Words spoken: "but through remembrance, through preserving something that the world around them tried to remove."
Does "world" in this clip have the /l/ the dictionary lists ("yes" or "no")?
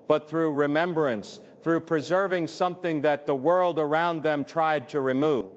yes